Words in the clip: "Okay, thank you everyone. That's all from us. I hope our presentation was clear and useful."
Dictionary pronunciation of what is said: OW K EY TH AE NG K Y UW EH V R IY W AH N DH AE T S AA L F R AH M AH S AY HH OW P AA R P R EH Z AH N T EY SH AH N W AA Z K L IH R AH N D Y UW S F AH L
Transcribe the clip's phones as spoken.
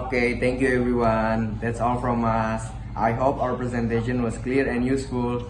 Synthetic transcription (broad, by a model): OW K EY T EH NG K Y UW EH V R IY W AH N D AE T S AA L F R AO M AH S AY HH OW P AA W P R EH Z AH N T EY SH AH N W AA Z K L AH R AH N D Y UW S F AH L